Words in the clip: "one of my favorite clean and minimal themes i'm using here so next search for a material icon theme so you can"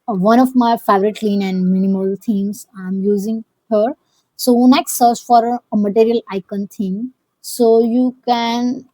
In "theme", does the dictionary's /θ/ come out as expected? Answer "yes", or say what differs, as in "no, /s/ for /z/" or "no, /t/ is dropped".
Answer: no, /t/ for /θ/